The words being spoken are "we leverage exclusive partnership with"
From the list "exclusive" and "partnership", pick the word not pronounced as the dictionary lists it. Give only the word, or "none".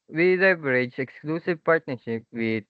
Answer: none